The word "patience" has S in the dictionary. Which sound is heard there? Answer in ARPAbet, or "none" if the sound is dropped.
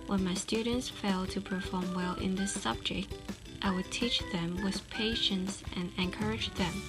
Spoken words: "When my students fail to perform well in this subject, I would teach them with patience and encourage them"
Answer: S